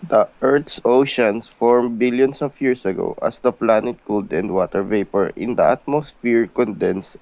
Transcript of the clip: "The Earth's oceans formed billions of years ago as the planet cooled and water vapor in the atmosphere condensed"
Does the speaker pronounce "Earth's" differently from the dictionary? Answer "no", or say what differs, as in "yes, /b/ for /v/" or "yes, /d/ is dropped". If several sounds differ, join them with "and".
yes, /t/ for /θ/